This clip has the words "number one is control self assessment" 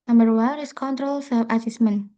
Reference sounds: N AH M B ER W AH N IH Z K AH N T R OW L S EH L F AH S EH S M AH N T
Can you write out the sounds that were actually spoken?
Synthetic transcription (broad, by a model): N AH M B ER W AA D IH S K AH N T R OW L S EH F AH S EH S M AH N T